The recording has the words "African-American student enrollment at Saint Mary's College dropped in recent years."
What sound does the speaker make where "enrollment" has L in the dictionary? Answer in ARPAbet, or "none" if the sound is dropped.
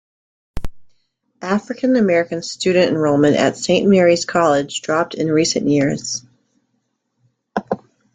none